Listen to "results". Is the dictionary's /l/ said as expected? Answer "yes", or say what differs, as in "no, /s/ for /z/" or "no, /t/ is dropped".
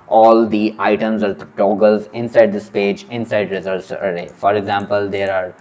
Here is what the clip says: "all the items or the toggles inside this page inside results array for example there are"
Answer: no, /l/ is dropped